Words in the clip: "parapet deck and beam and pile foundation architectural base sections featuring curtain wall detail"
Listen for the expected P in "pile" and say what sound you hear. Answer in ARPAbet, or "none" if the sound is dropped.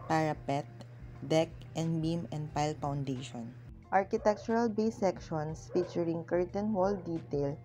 P